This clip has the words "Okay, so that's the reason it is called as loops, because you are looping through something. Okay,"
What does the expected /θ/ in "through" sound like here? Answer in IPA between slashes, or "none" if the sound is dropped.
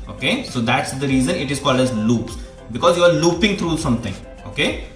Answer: /t/